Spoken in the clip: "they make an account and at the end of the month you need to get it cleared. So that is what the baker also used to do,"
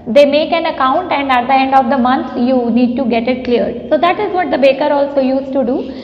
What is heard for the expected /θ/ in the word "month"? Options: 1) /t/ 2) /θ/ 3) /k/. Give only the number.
1